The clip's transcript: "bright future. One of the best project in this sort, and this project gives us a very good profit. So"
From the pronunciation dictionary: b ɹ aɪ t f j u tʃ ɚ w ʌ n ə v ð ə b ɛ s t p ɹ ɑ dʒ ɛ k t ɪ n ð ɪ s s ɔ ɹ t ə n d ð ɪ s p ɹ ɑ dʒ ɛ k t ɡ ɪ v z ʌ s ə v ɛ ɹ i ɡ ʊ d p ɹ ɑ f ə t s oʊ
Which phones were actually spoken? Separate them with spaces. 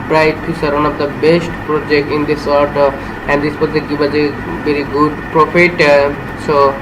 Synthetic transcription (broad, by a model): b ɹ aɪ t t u s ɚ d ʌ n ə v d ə b ɛ s t p ɹ ɑ dʒ ɛ k t ɪ n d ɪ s s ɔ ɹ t ə n d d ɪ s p ɑ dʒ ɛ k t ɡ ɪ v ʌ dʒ ə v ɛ ɹ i ɡ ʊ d p ɹ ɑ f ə t s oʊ